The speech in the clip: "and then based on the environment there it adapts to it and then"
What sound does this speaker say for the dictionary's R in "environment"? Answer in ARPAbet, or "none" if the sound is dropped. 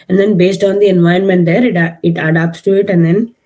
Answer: none